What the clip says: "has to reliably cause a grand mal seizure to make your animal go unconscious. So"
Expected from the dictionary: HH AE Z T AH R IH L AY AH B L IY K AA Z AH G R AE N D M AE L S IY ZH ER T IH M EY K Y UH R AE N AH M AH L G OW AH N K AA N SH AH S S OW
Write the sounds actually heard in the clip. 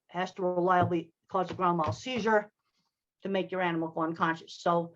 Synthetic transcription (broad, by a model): HH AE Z T AH R IH L AY AH B L IY K AA Z AH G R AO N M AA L S IY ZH ER T IH M EY K Y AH R AE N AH M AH L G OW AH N K AA N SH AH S S OW